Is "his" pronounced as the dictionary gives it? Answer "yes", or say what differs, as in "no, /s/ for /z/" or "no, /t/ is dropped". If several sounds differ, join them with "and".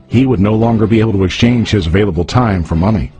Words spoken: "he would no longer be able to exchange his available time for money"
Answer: yes